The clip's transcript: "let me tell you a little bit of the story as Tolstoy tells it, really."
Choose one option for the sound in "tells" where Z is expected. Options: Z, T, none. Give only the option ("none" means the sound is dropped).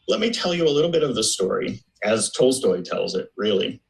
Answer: Z